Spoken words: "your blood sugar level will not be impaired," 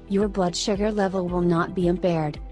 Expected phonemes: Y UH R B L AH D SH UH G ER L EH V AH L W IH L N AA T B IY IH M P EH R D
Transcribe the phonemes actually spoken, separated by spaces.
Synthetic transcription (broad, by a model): Y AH R B L AH D SH UH G ER L EH V AH L W IH L N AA T B IY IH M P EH R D